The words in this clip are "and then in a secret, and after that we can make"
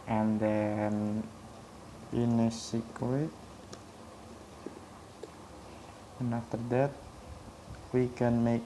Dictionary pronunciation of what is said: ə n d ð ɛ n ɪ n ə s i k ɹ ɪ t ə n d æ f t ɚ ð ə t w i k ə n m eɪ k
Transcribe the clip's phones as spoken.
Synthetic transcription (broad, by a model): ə n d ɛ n ɪ n ə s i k w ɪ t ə n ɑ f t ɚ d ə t w i k ə n m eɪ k